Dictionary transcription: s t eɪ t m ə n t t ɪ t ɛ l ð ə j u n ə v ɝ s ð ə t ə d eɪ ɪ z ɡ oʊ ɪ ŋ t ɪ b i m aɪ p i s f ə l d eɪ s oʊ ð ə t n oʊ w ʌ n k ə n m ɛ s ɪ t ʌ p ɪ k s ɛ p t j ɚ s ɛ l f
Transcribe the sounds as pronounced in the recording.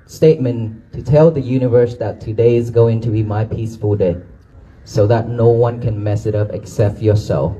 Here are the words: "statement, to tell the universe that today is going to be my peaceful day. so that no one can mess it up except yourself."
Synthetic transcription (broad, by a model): s t eɪ t m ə n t t ɪ t ɛ l ð ə j u n ə v ɝ s ð ə t ə d eɪ ɪ z ɡ oʊ ɪ ŋ t ɪ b i m aɪ p i s f ə l d eɪ s oʊ ð ə t n oʊ w ʌ n k ə n m ɛ s ɪ t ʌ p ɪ k s ɛ p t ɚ s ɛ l